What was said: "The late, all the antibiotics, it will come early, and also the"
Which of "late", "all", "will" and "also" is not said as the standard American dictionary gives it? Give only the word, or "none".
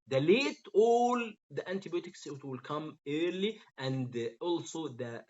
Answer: none